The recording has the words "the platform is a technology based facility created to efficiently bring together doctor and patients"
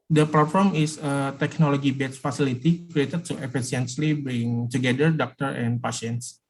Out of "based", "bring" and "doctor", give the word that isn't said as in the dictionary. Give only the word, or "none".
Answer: based